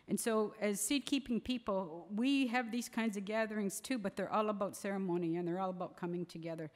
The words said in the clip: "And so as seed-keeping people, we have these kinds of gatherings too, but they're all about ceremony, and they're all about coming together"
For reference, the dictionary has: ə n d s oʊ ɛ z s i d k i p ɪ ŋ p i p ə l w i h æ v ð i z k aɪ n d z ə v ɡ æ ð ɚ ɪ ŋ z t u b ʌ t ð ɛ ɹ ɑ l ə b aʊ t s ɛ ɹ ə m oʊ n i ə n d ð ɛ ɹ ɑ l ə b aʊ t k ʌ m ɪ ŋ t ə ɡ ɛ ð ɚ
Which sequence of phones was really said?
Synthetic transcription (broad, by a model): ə n s oʊ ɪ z s i d k i p ɪ ŋ p i p l w i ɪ v ð i z k aɪ n d z ə v ɡ æ ð ɚ ɪ ŋ z t u b ʌ t ð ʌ ɹ ɑ l ə b aʊ t s ɛ ɹ ə m oʊ n i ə n ð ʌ ɹ ɑ l ə b aʊ t k ʌ m ɪ ŋ t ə ɡ ɛ ð ɚ